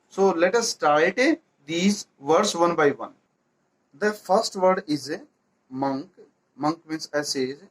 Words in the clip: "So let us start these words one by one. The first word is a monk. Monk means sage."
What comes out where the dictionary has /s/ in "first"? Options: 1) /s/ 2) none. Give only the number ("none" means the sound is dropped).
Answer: 1